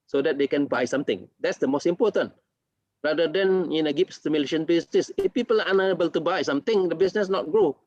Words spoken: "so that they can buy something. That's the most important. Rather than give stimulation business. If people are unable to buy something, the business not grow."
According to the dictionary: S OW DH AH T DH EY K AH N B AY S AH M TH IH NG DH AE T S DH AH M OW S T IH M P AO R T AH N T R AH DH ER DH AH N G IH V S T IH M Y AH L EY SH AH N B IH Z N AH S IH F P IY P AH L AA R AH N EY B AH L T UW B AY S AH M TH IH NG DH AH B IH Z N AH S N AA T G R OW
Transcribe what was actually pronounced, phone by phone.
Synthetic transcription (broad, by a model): S OW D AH T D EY K AH N B AY S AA M T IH NG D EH T S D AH M OW S T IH M P AO T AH N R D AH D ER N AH N G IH P S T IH M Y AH L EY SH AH N B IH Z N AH S IH F P IY P AH L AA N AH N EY B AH L T UW B AY S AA M T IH NG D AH B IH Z N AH S N AA T G R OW